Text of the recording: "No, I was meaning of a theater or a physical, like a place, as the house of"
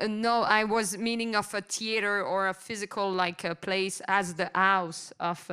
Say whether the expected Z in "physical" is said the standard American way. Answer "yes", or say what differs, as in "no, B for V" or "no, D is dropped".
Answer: yes